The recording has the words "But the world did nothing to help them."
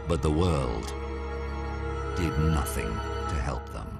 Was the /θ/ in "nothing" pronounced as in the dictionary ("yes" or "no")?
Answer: yes